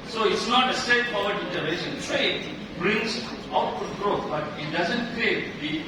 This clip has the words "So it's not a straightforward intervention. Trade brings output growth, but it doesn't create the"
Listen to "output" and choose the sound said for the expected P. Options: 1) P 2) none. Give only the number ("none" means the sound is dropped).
2